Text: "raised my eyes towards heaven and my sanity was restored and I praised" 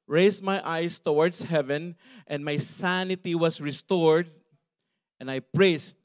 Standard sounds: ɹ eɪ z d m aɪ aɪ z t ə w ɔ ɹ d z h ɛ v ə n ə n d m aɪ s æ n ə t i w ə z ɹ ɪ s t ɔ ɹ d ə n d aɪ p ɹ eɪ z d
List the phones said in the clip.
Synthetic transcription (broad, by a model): ɹ eɪ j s m aɪ aɪ s t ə w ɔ ɹ d s h ɛ v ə n ə n d m aɪ s æ n ə t i w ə s ɹ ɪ s t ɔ ɹ d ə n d aɪ p ɹ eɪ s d